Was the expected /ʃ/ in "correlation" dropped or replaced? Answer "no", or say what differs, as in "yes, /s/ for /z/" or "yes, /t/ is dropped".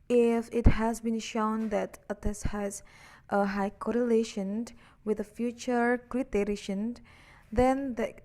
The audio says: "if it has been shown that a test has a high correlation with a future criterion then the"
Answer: no